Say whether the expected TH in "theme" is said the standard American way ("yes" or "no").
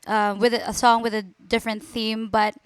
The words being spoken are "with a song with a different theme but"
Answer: yes